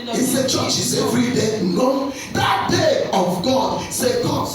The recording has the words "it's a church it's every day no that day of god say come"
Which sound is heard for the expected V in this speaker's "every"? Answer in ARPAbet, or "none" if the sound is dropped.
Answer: F